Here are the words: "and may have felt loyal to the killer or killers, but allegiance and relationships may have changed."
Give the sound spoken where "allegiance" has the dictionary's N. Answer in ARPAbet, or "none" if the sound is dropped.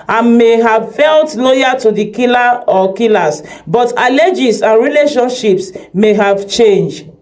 none